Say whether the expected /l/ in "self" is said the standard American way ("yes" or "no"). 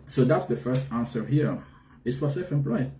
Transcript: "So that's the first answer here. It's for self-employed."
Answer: no